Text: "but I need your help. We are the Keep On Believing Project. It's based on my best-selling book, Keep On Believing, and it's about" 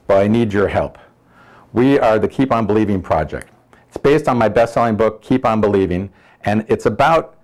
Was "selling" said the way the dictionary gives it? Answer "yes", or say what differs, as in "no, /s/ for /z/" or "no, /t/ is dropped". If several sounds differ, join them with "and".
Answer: yes